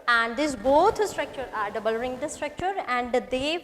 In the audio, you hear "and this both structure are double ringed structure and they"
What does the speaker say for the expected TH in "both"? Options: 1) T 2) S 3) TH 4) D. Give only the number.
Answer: 1